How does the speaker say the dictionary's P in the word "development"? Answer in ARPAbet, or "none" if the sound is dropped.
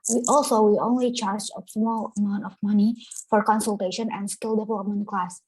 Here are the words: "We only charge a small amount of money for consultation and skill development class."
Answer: none